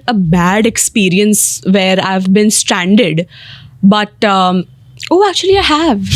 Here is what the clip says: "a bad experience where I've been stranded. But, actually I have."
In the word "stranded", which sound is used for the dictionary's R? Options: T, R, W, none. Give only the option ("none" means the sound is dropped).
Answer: R